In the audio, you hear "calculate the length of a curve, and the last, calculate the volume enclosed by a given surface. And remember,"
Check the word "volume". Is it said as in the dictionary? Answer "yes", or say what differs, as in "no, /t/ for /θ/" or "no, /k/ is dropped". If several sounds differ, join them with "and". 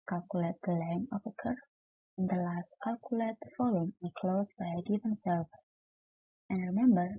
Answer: no, /f/ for /v/